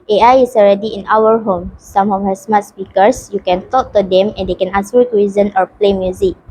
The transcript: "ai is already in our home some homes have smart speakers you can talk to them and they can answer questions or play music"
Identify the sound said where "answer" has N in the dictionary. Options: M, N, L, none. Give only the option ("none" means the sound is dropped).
none